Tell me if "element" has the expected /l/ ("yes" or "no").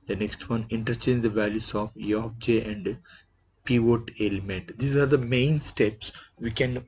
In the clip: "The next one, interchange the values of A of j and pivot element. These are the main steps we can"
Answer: yes